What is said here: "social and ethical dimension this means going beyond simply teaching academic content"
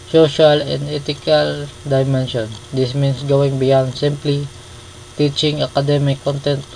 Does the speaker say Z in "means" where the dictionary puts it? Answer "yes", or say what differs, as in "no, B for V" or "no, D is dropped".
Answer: no, S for Z